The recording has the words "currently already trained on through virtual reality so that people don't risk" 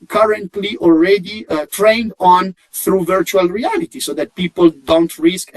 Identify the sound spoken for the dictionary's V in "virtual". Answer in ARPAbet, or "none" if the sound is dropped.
V